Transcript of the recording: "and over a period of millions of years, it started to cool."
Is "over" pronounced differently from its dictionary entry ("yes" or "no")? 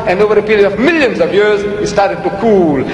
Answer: no